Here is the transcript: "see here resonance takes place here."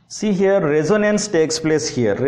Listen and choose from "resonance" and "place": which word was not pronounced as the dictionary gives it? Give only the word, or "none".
none